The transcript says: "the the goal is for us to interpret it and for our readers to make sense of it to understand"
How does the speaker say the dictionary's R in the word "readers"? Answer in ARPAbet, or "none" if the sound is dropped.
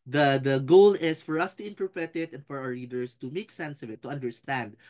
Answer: L